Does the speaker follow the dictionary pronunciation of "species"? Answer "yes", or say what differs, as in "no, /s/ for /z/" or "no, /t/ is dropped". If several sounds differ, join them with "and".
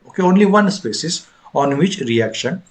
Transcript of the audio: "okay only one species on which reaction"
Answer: no, /s/ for /ʃ/